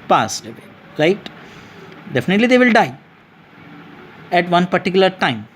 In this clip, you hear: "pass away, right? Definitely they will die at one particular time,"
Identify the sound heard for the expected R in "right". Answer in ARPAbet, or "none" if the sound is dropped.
L